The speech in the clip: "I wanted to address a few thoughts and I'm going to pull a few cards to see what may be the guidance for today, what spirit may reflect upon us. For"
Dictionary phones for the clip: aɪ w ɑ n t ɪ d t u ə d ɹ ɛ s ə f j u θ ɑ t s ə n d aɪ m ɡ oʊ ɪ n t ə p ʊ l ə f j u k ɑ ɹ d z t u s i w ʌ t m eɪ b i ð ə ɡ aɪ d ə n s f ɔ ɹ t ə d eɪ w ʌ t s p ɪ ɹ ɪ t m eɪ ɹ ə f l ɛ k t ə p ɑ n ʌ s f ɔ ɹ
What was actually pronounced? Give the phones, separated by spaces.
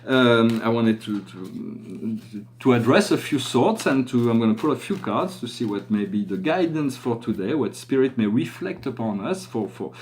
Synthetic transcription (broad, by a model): aɪ w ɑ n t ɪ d t u ə d ɹ ɛ s ə f j u s ɑ t s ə n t aɪ m ɡ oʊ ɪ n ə p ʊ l ə f j u k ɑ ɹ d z t u s i w ʌ t m eɪ b i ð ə ɡ aɪ d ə n s f ɔ ɹ t ə d eɪ w ʌ t s p ɪ ɹ ɪ t m eɪ ɹ ə f l ɛ k t ə p ɑ n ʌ s f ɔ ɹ